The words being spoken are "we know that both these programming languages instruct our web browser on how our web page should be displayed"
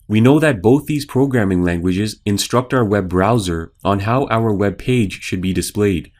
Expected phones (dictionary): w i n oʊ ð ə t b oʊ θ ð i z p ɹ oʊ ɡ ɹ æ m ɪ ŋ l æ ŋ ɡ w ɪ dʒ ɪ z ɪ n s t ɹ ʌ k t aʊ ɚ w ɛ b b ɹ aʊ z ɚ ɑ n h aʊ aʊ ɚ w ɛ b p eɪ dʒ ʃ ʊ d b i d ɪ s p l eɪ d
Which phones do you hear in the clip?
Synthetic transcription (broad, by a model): w i n oʊ ð ə t b oʊ θ ð i z p ɹ oʊ ɡ ɹ æ m ɪ ŋ l æ ŋ ɡ w ɪ dʒ ɪ z ɪ n s t ɹ ʌ k t aʊ ɚ w ɛ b b ɹ aʊ z ɚ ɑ n h aʊ aʊ ɚ w ɛ b p eɪ dʒ ʃ ʊ d b i d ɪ s p l eɪ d